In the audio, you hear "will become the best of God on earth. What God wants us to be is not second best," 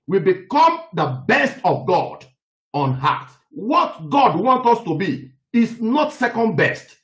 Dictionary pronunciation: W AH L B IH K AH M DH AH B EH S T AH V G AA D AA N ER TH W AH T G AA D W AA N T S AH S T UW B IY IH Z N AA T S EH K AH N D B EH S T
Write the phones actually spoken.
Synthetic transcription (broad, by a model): W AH B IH K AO M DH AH B EH S T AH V G AA D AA N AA T W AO T G AA D W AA N T AO S T UW B IY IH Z N AA T S EH K AH N D B EH S T